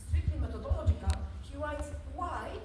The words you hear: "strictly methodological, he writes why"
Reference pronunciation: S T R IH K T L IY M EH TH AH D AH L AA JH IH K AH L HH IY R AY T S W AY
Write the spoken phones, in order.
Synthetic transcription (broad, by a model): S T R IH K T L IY M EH T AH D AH L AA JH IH K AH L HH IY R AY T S W AY